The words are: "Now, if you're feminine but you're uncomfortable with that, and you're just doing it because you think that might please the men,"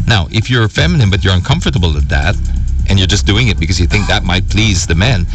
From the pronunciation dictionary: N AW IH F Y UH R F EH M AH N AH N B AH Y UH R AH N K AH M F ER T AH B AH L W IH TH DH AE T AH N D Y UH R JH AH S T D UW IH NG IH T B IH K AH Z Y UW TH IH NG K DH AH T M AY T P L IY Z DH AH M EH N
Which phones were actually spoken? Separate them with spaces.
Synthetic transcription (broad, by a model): N AW IH F Y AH R F EH M AH N AH N B AH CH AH R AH N K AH M F ER T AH B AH L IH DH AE T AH N Y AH R JH AH S D UW IH NG IH T B IH K AH Z Y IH TH IH NG K DH AH T M AY T P L IY Z DH AH M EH N